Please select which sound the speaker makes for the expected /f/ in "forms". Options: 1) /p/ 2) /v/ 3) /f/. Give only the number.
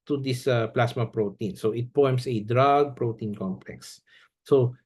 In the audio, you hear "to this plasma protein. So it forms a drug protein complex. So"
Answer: 1